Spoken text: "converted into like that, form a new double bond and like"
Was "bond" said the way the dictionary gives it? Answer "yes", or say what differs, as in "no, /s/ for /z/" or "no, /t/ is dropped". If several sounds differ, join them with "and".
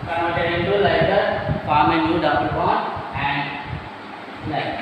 no, /d/ is dropped